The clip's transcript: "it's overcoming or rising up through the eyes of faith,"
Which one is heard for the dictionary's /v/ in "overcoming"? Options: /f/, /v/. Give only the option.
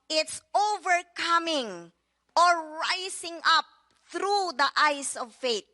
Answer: /v/